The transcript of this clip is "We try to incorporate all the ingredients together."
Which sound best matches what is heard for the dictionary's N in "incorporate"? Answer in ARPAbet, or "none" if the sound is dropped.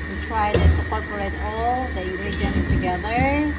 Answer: none